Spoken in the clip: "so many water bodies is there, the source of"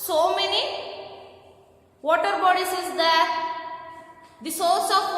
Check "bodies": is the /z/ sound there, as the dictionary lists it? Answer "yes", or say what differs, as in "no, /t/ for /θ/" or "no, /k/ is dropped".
no, /s/ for /z/